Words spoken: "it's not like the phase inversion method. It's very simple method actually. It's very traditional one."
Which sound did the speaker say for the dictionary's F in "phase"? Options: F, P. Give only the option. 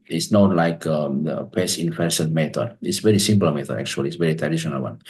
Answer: P